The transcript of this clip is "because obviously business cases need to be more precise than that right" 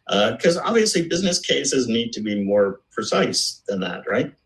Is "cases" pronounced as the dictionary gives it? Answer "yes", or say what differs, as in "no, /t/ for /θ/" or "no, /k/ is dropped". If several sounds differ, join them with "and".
yes